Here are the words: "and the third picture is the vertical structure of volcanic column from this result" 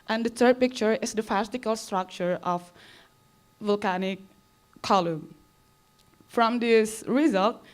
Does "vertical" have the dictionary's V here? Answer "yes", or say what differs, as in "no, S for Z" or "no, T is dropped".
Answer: no, F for V